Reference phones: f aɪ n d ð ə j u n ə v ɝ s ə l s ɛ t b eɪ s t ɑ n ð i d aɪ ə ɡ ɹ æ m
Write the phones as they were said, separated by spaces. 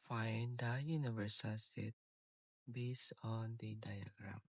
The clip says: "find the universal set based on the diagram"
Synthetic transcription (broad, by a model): f aɪ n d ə j u n ə v ɝ s ə l s ɛ t b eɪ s ɑ n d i d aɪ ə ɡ ɹ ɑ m